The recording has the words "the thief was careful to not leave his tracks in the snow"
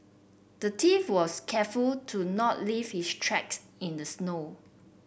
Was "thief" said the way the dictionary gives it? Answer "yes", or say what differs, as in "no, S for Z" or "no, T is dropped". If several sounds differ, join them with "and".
no, T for TH